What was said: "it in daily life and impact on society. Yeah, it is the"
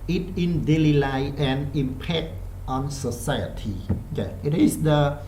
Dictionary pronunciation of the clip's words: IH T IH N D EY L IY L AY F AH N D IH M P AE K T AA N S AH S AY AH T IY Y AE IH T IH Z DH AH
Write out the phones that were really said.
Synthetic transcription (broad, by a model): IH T IH N D EY L IY L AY AH N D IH M P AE K T AA N S AH S AY AH T IY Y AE IH T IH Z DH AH